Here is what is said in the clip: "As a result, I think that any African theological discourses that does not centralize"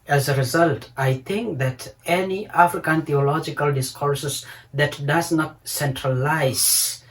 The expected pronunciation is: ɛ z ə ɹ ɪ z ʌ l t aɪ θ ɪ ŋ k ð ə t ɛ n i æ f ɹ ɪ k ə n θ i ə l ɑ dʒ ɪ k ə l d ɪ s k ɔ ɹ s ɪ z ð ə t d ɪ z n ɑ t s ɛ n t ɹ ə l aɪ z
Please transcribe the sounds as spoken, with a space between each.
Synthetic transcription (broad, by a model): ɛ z ə ɹ ɪ z ʌ l t aɪ t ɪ ŋ k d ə t ɛ n i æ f ɹ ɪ k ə n t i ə l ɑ dʒ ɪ k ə l d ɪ s k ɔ ɹ s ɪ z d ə t d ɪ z n ɑ t s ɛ n t ɹ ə l aɪ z